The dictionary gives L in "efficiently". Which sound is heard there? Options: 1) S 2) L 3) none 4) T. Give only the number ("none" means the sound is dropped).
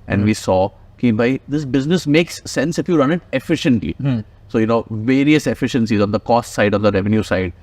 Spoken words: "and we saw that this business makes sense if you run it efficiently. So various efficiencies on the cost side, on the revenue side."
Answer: 2